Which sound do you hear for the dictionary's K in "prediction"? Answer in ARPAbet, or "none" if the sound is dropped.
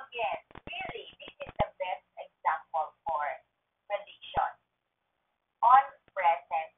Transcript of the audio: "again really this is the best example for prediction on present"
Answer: none